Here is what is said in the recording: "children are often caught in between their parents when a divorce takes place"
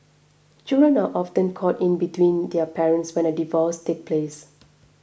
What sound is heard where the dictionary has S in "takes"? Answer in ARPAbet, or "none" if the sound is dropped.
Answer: none